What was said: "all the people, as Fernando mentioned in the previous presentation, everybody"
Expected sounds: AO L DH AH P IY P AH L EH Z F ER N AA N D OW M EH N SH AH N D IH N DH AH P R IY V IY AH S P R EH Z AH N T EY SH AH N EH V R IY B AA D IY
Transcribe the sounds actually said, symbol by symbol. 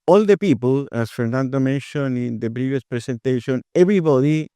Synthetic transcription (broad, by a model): AO L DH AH P IY P AH L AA S F ER N AA N D OW M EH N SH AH N IH N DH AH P R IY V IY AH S P R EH S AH N T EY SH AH N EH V R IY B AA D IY